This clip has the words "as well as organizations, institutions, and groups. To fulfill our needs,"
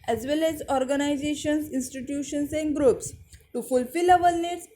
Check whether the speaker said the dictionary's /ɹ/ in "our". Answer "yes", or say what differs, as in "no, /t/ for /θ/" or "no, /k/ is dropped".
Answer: no, /l/ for /ɹ/